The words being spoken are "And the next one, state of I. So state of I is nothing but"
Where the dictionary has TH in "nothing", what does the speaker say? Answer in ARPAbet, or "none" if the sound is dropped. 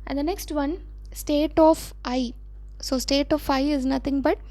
T